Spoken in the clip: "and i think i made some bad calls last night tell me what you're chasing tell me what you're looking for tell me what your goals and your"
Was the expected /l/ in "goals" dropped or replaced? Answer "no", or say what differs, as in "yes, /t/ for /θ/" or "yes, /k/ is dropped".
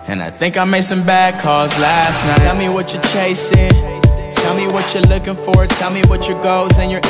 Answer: yes, /l/ is dropped